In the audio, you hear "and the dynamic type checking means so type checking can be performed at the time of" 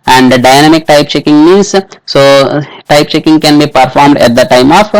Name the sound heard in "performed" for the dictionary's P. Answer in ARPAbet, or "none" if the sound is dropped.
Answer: P